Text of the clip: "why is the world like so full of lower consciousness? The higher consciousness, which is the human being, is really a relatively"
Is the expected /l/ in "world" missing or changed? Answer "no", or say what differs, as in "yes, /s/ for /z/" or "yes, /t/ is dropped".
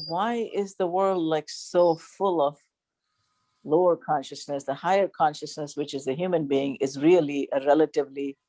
no